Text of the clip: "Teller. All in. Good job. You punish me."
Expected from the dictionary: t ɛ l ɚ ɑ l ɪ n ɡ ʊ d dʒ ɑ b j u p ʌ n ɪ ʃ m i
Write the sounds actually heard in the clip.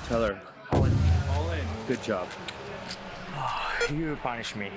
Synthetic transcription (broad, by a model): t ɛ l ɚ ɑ n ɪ l ɡ ʊ d dʒ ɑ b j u p ʌ n ɪ ʃ m i